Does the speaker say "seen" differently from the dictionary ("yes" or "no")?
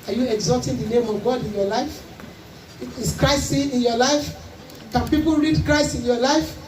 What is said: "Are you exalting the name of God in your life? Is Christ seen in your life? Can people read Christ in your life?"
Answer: yes